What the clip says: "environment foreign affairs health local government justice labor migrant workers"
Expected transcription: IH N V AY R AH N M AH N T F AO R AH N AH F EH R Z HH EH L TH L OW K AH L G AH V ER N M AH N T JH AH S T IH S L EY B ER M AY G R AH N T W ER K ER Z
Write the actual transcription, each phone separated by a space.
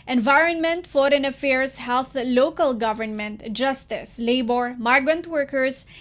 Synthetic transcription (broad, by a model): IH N V AY R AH N M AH N T F AO R AH N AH F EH R S HH EH L TH L OW K AH L G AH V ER N M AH N T JH AH S T IH S L EY B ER M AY G R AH N T W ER K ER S